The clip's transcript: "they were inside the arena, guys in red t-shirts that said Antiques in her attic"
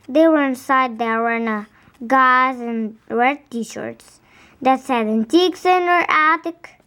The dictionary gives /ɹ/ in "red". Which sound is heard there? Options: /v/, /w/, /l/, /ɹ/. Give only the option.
/w/